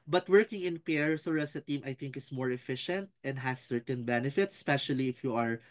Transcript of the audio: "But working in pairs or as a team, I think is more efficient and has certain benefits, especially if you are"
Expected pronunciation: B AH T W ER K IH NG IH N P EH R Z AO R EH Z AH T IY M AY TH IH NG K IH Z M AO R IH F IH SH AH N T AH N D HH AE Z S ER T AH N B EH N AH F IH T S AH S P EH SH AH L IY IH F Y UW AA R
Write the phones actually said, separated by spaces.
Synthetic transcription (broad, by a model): B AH T W ER K IH NG IH N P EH R S AO R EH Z AH T IY M AY TH IH NG K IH S M AO R IH F IH SH AH N T AH N D HH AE S ER T AH N B EH N AH F IH T S S P EH SH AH L IY IH F Y UW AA R